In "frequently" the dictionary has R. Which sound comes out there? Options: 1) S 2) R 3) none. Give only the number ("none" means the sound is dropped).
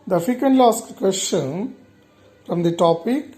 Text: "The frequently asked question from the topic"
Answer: 3